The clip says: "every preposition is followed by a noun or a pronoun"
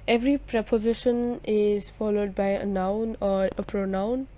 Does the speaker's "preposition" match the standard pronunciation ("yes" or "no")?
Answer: yes